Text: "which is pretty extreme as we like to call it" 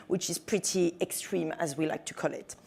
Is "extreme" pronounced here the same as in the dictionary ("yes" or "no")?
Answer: yes